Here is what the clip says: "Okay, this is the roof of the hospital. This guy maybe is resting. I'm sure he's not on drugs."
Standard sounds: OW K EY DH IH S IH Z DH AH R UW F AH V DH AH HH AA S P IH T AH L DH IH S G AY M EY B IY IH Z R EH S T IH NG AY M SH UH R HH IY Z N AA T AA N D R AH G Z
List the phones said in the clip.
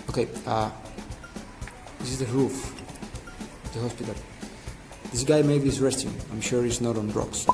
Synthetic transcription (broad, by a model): OW K EY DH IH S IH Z DH AH R UW F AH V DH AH HH AA S P IH T AH L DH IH S G AY M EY IY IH S R EH S T IH NG AY M SH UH R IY S N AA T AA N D R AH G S